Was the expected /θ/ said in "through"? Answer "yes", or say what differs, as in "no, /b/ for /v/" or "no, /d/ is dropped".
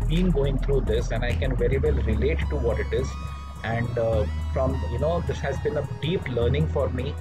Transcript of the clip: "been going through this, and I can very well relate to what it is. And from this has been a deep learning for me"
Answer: no, /t/ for /θ/